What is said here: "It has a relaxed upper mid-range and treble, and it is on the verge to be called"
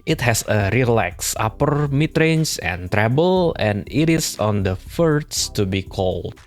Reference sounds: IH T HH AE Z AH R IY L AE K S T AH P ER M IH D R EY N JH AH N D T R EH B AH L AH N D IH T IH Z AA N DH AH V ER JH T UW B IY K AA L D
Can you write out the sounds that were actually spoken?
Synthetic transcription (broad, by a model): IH T HH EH S AH R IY L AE K S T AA P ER M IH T R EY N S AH N T R EH B AH L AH N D IH T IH S AA N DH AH F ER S T UW B IY K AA L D